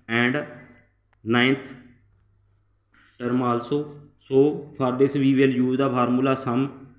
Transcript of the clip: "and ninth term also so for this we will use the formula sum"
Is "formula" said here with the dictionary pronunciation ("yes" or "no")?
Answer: no